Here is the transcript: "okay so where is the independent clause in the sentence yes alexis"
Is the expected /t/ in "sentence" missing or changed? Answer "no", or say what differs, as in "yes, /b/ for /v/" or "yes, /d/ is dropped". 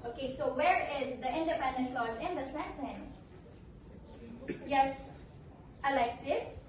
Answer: no